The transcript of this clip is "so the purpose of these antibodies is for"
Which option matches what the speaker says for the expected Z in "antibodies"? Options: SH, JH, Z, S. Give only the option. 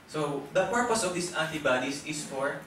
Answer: S